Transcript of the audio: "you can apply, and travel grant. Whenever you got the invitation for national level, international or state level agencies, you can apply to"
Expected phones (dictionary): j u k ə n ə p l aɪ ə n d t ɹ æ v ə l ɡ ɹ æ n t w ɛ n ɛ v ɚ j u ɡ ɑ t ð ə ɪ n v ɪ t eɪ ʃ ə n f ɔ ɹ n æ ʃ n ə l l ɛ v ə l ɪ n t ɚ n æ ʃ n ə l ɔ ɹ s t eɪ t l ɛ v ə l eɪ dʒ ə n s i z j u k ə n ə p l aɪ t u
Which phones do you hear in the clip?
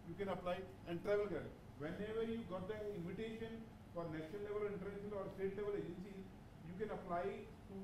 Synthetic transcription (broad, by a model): j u k ə n ə p l aɪ ə n d t ɹ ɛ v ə l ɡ ɛ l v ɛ n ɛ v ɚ j u ɡ ɑ t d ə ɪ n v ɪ t eɪ ʃ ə n f ɔ ɹ n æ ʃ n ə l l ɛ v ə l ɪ n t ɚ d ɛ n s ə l ɔ ɹ s t eɪ t l ɛ v ə l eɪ dʒ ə n s i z j u k ə n ə p l aɪ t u